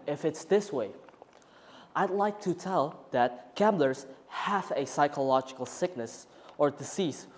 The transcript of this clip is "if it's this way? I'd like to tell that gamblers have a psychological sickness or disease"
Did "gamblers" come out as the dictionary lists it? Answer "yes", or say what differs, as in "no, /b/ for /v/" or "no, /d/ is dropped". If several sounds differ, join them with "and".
yes